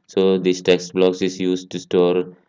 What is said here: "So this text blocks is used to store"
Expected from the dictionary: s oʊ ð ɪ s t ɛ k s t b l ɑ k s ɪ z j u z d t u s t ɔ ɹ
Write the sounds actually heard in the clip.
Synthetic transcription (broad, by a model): s oʊ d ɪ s t ɛ k s t b l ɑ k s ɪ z j u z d t u s t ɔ ɹ